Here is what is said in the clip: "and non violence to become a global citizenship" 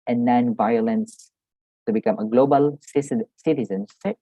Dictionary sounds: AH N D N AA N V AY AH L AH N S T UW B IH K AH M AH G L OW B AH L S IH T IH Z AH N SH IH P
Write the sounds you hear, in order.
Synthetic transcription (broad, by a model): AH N N AA N V AY AH L AH N S T UW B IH K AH M AH G L OW B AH L S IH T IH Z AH N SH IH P